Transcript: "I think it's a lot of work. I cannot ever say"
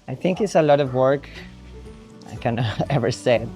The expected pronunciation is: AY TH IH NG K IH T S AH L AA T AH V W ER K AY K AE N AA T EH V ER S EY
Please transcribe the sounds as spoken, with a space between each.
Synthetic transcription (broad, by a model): AY TH IH NG K IH T S AH L AA T AH V W ER K AY K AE N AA EH V ER S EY